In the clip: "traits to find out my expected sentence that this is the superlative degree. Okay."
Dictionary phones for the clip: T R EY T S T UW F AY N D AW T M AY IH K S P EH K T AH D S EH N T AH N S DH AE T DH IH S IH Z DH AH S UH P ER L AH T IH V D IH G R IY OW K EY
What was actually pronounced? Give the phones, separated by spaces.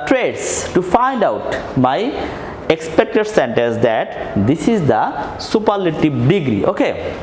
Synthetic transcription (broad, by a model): T R EY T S T UW F AY N D AW T M AY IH K S P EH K T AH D S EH N T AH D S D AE T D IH S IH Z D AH S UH P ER L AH T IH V D IH G R IY OW K EY